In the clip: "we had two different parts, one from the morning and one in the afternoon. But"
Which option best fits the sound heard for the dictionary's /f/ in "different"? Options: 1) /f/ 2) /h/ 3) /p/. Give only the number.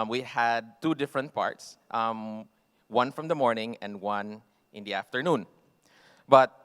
1